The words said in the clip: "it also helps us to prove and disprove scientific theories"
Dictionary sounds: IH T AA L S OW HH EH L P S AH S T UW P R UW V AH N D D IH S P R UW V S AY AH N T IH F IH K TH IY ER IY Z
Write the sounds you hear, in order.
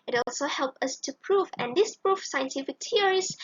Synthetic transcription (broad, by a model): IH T AA L S OW HH EH L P AH S T UW P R UW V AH N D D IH S P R UW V S AY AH N T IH F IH K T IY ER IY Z